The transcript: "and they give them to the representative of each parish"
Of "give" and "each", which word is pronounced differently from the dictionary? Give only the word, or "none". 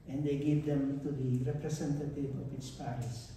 each